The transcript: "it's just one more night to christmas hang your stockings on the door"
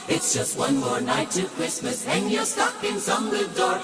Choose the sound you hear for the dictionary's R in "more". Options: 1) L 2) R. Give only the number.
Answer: 2